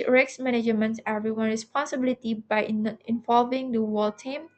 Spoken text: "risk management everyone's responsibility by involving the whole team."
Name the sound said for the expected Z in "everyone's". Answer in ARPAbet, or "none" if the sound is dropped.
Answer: none